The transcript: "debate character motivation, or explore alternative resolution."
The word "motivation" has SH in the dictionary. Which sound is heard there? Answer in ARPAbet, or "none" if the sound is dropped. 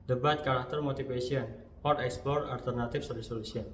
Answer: S